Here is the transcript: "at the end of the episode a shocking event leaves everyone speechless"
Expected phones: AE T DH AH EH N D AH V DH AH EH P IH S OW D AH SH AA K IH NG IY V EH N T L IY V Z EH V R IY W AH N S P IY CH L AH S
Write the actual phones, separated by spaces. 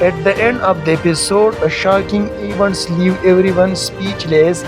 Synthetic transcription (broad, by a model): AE T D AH EH N D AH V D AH EH P IH S OW D AH SH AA K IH NG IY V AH N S L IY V EH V R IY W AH N S P IY CH L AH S